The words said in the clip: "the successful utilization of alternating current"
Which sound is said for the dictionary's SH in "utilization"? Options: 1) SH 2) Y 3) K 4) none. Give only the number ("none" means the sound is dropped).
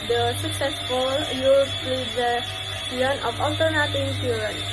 4